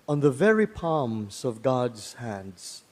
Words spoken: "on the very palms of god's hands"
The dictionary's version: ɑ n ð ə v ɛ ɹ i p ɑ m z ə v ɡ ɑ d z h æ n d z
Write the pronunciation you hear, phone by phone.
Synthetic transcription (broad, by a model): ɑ n ð ə v ɛ ɹ i p ɑ m z ə v ɡ ɑ d z h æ n d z